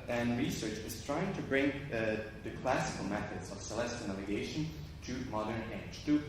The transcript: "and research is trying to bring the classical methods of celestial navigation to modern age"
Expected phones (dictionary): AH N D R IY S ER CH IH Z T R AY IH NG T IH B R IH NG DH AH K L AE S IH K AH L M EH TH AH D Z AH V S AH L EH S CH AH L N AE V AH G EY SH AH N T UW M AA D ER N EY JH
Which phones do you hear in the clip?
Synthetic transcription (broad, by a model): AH N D R IY S ER CH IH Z T R AY IH NG T IH B R IH NG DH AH K L AE S IH K AH L M EH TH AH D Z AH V S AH L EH S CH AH N AE V AH G EY SH AH N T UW M AA D ER N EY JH